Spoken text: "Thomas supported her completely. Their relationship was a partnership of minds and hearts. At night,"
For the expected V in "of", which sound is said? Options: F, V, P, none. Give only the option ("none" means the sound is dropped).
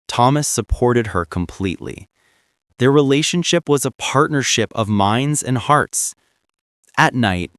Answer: V